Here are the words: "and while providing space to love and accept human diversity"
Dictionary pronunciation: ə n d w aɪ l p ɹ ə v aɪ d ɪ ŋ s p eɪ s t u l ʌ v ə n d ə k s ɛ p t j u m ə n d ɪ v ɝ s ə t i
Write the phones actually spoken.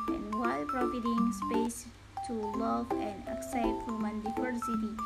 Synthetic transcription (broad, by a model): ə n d w aɪ l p ɹ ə f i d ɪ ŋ s p eɪ s t u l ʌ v ə n d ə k s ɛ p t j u m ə n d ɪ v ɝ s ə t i